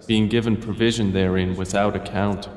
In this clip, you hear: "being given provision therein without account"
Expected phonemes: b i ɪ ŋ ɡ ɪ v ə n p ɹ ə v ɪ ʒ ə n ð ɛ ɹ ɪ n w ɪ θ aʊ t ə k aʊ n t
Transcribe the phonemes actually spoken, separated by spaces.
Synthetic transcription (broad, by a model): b i ɪ ŋ ɡ ɪ v ə n p ɹ ə v ɪ ʒ ə n ð ɛ ɹ ɪ n w ɪ θ aʊ t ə k aʊ n t